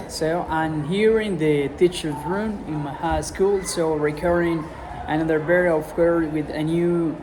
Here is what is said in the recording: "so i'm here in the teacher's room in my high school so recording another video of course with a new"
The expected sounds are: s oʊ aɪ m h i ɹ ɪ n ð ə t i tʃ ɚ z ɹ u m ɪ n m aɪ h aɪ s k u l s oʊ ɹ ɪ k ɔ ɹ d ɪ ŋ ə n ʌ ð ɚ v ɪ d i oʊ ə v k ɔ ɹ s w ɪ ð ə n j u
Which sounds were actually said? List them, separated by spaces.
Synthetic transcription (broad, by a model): s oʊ aɪ m h i ɹ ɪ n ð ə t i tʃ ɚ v ɹ u m ɪ n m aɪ h aɪ s k u l s oʊ ɹ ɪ k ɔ ɹ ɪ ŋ ə n ʌ ð ɚ b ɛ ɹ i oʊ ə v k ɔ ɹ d w ɪ ð ə n j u